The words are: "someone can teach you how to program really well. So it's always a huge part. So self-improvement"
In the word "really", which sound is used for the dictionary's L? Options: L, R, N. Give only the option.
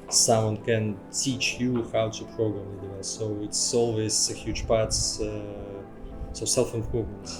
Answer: N